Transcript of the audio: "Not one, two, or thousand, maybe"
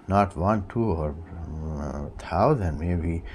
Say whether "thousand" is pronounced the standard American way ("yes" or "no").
no